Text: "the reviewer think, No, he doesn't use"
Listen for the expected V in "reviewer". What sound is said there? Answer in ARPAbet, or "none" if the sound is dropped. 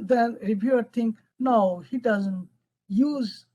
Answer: B